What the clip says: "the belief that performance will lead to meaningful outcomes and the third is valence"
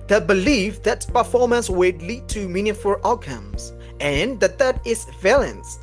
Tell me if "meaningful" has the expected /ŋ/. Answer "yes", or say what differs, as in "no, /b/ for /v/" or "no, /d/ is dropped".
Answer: no, /ŋ/ is dropped